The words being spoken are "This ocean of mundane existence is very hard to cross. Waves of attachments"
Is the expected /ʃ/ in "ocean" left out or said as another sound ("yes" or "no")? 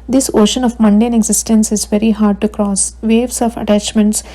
no